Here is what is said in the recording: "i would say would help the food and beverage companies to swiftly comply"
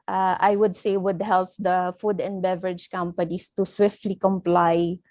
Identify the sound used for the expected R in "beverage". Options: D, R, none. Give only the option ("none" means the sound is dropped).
R